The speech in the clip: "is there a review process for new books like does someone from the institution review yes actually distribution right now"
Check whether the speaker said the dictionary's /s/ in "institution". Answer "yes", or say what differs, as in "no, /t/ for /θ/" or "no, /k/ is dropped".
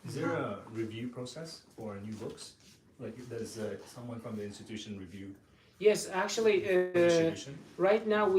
yes